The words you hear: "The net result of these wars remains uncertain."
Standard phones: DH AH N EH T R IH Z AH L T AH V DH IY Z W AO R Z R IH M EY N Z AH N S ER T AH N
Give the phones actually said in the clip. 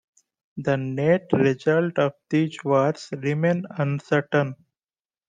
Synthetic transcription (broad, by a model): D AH N EH T R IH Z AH L T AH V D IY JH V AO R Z R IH M EY N AH N S ER T AH N